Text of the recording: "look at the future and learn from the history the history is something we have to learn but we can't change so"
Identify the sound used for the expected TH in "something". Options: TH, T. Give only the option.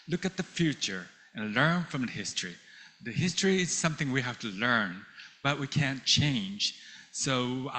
TH